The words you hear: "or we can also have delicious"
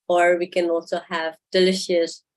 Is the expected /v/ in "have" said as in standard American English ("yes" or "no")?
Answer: yes